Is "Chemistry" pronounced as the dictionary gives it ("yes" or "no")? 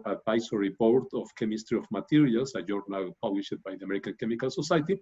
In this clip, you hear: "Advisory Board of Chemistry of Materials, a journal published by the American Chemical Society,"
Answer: yes